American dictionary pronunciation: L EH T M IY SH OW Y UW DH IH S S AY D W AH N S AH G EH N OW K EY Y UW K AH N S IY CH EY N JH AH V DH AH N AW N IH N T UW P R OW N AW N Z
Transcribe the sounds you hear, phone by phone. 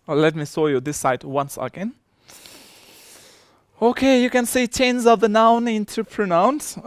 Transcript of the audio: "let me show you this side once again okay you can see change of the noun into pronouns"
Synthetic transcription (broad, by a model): L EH T M IY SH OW Y UW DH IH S S AY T W AH N S AH G EH N OW K EY Y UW K AH N S IY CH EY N Z AH V DH AH N AW N IH N T UW P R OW N AW N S